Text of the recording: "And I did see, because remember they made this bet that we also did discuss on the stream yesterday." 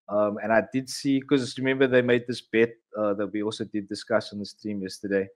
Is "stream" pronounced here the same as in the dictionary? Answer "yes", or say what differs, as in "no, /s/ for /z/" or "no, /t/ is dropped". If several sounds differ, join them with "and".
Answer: no, /ɹ/ is dropped